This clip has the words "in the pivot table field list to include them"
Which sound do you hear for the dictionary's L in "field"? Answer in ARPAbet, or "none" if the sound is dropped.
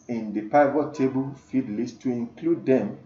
none